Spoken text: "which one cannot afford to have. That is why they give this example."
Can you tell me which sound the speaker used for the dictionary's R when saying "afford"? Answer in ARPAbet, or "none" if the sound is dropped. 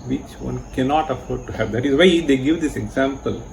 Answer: R